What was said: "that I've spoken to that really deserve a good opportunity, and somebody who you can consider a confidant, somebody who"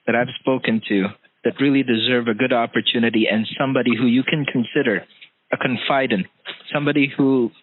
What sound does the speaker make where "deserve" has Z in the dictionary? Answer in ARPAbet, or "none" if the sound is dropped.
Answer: Z